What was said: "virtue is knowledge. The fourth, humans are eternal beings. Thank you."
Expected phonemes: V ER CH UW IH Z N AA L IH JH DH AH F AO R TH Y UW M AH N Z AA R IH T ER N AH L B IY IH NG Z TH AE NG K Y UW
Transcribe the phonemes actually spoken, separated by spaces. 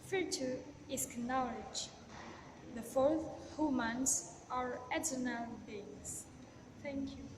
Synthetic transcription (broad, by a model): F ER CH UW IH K N AA L IH JH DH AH F AO R TH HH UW M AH N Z AA R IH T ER N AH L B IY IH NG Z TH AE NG K Y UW